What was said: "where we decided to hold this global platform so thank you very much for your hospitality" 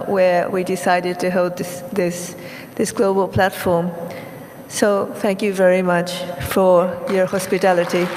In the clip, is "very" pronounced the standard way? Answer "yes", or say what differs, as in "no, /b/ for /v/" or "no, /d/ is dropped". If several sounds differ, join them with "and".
yes